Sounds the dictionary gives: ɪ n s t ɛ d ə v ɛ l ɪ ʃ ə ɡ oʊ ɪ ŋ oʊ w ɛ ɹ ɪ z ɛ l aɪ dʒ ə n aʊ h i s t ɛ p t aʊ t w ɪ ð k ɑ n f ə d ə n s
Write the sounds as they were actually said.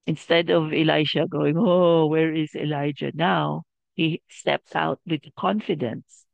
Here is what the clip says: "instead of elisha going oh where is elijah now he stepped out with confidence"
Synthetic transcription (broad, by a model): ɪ n s t ɛ d ə v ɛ l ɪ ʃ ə ɡ oʊ ɪ ŋ oʊ w ɛ ɹ ɪ z ɛ l aɪ dʒ ə n aʊ h i s t ɛ p t aʊ t w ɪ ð k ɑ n f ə d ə n s